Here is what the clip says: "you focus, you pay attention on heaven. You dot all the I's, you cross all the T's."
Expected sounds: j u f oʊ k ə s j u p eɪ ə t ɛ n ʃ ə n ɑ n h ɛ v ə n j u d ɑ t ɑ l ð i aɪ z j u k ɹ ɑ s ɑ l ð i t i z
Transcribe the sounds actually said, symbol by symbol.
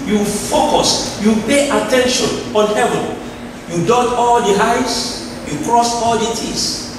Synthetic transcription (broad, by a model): j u f oʊ k ə s j u p eɪ ə t ɛ n ʃ ə n ɑ n h ɛ v ə n j u d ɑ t ɑ l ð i aɪ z j u k ɹ ɑ s ɑ l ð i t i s